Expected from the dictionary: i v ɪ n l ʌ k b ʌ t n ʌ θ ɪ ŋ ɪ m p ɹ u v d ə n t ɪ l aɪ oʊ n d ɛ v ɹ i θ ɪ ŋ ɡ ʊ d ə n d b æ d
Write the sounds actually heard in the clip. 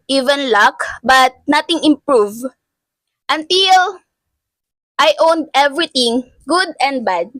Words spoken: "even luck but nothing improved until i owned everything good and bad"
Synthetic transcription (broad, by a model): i v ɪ n l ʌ k b ʌ t n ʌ t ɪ ŋ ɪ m p ɹ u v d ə n t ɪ l aɪ oʊ n d ɛ v ɹ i t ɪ ŋ ɡ ʊ d ə n d b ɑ d